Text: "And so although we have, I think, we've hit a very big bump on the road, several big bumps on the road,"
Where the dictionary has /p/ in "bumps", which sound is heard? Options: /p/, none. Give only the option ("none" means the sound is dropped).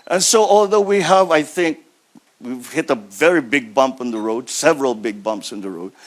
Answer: /p/